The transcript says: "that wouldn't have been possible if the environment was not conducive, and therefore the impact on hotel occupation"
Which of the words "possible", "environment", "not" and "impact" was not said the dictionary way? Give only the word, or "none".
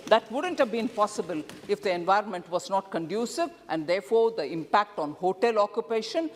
none